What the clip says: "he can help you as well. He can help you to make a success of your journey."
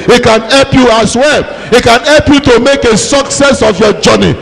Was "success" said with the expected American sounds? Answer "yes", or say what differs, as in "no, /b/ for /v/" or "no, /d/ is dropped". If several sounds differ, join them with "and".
yes